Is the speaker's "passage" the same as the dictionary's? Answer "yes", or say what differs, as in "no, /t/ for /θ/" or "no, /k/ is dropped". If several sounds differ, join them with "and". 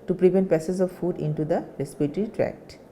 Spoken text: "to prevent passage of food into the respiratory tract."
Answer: no, /z/ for /dʒ/